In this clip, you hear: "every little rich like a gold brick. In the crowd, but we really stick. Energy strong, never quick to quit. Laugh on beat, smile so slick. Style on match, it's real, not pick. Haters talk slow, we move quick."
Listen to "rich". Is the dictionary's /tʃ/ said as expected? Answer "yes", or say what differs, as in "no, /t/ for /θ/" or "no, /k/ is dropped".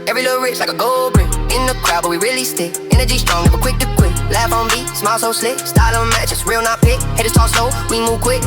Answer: no, /s/ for /tʃ/